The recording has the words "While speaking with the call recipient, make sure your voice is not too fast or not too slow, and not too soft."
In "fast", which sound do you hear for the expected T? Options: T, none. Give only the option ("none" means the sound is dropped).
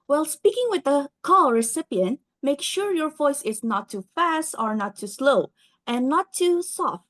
T